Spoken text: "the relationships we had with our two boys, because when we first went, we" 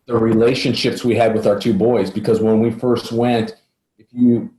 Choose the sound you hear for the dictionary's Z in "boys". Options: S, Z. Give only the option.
Z